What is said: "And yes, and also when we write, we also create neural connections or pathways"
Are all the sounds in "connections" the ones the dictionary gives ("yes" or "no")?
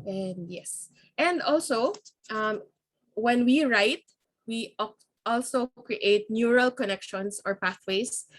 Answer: no